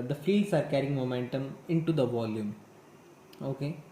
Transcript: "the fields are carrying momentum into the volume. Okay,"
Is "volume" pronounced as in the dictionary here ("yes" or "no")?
yes